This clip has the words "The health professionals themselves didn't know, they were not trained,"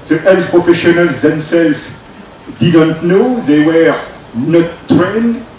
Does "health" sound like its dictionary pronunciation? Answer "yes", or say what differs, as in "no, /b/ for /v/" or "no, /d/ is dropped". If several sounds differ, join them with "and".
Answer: no, /s/ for /θ/